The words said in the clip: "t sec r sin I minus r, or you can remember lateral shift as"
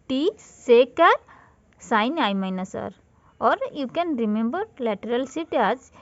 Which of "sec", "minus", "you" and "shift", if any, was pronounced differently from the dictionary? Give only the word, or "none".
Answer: shift